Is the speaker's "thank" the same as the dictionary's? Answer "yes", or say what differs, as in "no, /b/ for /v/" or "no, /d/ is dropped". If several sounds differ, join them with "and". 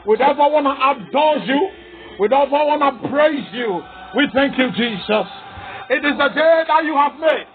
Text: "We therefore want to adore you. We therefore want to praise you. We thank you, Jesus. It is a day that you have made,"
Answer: yes